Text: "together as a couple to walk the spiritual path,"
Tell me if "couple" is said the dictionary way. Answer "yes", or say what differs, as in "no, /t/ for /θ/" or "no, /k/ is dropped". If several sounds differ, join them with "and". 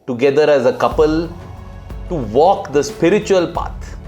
yes